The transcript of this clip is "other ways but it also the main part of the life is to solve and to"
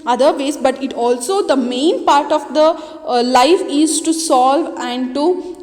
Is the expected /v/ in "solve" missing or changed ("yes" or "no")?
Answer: no